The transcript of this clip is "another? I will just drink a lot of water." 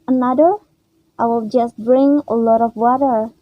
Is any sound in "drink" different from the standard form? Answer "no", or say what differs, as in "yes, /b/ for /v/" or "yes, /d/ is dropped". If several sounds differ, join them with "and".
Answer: yes, /k/ is dropped